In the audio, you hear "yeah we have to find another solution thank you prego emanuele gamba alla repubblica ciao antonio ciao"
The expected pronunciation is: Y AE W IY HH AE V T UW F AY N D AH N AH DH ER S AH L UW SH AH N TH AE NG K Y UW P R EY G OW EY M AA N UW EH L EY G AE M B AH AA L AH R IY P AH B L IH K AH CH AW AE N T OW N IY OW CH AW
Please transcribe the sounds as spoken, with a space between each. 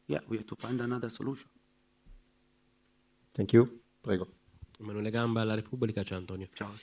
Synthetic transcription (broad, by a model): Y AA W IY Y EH T UW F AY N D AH N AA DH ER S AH L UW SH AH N T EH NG K Y UW P R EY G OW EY M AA N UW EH L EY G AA M B AA L AH R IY P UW B L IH K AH CH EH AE N T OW N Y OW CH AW